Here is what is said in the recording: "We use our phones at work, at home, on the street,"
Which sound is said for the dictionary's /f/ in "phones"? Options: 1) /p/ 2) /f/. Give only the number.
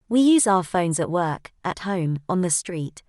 2